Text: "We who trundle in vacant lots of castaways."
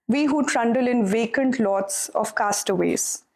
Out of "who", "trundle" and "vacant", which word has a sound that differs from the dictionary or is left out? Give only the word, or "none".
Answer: none